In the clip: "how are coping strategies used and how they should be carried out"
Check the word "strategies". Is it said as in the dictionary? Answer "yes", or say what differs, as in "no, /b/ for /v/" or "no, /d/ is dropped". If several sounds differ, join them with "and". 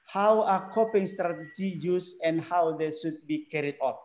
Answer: no, /z/ is dropped